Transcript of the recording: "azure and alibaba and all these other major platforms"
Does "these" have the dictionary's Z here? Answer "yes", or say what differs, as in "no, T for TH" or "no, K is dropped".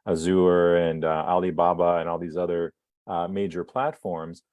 yes